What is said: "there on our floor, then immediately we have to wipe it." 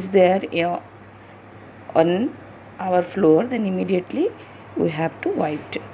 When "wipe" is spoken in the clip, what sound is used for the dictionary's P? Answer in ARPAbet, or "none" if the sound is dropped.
none